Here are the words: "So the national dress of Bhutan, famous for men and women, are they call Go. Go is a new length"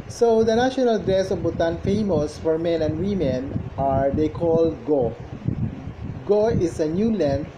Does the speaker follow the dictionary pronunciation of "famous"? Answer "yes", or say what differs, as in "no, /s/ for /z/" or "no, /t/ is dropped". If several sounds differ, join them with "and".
yes